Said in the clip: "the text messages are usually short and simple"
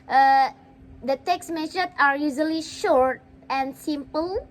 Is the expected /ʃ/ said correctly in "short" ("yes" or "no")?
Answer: yes